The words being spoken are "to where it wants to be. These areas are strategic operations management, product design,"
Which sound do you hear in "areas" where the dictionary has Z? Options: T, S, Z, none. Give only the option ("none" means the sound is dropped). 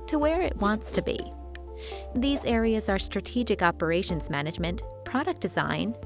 Z